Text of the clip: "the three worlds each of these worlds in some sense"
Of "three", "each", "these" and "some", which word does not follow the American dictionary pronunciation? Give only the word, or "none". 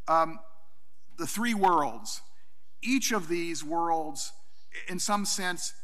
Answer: none